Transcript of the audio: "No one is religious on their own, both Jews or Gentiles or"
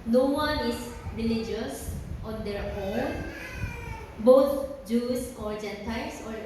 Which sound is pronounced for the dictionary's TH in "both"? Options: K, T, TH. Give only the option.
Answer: T